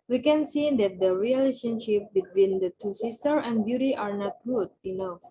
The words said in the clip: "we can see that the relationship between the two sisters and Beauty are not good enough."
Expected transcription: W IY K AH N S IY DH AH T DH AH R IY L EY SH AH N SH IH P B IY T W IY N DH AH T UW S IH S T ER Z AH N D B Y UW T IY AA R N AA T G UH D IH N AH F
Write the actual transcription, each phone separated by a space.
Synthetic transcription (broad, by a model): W IY K AH N S IY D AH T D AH R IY L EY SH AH N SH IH P B IY T W IY N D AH T UW S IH S T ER AH N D B Y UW T IY AA R N AA T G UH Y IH N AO